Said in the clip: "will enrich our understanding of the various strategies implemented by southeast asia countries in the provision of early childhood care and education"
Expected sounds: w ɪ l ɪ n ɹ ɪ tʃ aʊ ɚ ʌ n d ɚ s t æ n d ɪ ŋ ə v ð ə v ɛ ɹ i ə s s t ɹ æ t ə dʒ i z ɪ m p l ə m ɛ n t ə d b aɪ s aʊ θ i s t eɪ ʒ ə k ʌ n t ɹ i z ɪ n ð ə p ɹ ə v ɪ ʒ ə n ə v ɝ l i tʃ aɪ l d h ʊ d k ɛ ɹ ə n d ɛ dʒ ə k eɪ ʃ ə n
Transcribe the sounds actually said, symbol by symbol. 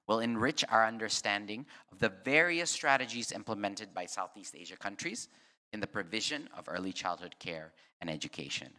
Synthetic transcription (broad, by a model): w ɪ l ɪ n ɹ ɪ tʃ aʊ ɚ ʌ n d ɚ s t æ n d ɪ ŋ ə v ð ə v ɛ ɹ i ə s s t ɹ æ t ə dʒ i z ɪ m p l ə m ɛ n t ə d b aɪ s aʊ θ i s t eɪ ʒ ə k ʌ n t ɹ i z ɪ n ð ə p ɹ ə v ɪ ʒ ə n ə v ɝ l i tʃ aɪ l d h ʊ d k ɛ ɹ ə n ɛ dʒ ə k eɪ ʃ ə n